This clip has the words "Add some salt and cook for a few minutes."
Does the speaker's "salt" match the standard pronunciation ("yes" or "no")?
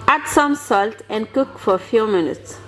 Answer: yes